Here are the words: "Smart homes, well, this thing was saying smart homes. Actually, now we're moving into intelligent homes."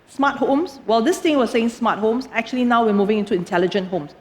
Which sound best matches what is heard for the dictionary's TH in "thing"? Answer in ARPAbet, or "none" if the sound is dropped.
T